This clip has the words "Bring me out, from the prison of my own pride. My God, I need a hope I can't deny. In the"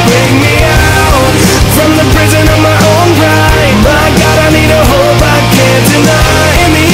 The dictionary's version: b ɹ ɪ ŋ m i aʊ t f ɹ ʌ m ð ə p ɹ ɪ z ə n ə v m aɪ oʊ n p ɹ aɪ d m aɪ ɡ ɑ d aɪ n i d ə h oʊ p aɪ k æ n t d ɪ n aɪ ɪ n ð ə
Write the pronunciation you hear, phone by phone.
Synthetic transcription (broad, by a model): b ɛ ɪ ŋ m i aʊ t f ɹ ʌ m ð ə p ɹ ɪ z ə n ə v m aɪ oʊ n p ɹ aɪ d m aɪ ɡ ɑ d aɪ n i d ə h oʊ b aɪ k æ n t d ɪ n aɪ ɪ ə